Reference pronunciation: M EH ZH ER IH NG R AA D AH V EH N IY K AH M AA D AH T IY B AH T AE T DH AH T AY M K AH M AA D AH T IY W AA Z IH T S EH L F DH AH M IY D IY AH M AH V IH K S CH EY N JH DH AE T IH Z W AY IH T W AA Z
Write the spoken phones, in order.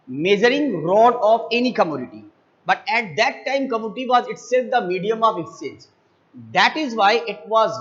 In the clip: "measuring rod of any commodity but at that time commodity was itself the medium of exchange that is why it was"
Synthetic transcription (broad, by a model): M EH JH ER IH NG R AA D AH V EH N IY K AH M AA D AH T IY B AH T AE T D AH T AY M K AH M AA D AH T IY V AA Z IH T S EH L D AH M IY D IY AH M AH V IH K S EY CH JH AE T IH Z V AY IH T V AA Z